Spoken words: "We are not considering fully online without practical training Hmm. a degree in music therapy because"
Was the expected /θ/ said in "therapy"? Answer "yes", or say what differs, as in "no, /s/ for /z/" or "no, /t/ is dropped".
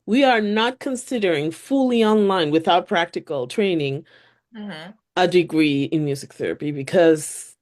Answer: yes